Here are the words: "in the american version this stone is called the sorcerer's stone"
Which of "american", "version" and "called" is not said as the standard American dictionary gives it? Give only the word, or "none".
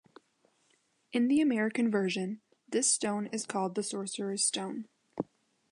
none